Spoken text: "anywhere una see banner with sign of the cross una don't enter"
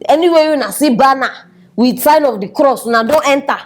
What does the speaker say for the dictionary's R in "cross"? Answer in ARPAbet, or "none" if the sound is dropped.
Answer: R